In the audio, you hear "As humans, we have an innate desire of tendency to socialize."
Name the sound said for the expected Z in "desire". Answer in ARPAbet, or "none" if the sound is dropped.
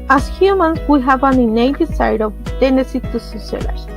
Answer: S